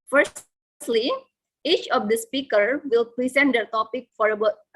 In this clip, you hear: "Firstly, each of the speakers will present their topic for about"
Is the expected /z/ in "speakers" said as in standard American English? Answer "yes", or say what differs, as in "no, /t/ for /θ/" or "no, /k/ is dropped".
no, /z/ is dropped